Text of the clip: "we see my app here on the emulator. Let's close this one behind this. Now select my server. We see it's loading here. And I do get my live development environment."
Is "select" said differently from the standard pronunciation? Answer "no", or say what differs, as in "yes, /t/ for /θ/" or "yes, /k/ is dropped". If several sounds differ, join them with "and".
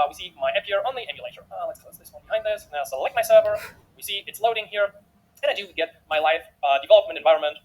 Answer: no